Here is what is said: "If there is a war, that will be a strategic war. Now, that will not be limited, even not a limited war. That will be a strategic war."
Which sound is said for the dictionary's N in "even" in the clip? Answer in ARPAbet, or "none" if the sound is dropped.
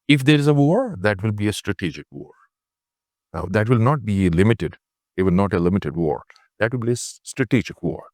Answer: L